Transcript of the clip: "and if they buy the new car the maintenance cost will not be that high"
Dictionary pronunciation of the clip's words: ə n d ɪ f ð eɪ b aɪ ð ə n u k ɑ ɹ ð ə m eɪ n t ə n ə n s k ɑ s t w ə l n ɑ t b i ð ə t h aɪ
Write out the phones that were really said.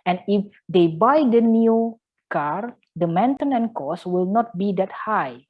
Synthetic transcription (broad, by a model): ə n ɪ f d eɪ b aɪ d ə n u k ɑ ɹ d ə m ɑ n t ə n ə n k ɑ s w ə l n ɑ t b i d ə t h aɪ